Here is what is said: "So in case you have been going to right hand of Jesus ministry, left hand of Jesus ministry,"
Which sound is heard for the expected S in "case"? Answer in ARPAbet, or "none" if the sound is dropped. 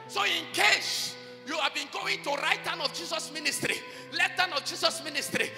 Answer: SH